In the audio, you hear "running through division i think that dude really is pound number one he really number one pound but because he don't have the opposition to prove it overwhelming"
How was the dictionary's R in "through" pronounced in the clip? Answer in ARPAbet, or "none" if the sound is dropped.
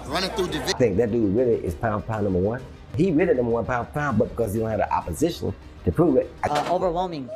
none